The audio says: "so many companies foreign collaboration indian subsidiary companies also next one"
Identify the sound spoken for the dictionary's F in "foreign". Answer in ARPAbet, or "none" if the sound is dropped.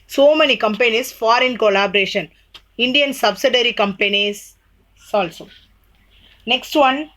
F